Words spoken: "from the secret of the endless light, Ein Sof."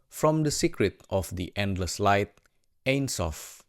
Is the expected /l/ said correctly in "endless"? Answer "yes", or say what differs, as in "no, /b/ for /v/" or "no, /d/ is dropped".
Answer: yes